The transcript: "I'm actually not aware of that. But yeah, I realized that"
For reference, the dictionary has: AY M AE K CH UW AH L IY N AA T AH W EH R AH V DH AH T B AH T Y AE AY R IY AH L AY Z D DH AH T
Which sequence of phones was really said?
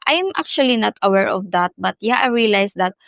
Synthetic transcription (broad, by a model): AY M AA K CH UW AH L IY N AA T AH W EH R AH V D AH T B AH T Y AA AY R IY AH L AY S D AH T